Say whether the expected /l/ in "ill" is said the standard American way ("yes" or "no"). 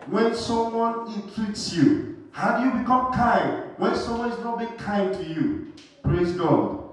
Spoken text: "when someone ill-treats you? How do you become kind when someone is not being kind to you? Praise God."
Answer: no